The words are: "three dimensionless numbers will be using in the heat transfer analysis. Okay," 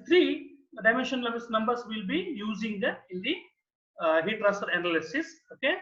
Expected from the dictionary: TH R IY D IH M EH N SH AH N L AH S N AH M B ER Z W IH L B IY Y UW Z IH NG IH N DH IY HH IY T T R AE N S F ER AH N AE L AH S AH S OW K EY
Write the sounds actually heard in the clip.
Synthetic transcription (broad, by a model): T R IY D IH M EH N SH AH N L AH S N AH M B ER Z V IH L B IY Y UW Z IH NG IH N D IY HH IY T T R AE S ER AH N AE L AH S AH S OW K EY